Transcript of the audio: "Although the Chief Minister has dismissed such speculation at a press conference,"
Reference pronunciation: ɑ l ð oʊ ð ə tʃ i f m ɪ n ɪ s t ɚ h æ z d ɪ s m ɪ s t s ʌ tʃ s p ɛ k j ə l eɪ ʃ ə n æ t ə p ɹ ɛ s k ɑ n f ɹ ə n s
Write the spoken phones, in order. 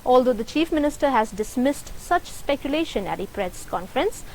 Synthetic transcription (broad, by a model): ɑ l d oʊ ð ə tʃ i f m ɪ n ɪ s t ɚ h æ z d ɪ s m ɪ s t s ʌ tʃ s p ɛ k j ə l eɪ ʃ ə n æ t ə p ɹ ɛ s k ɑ n f ɹ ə n s